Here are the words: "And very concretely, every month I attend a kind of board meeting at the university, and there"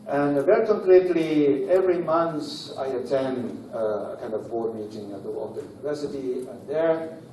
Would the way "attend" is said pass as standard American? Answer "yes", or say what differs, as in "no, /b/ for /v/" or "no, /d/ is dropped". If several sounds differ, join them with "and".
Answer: yes